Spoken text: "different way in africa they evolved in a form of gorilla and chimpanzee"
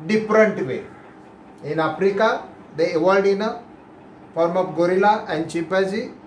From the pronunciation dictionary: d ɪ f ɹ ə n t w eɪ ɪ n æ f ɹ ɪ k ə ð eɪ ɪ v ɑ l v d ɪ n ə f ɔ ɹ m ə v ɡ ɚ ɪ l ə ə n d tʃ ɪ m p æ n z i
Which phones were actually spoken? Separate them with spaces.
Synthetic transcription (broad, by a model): d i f ɹ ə n t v eɪ ɪ n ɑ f ɹ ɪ k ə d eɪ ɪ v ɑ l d ɪ n ə f ɔ ɹ m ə p ɡ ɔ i l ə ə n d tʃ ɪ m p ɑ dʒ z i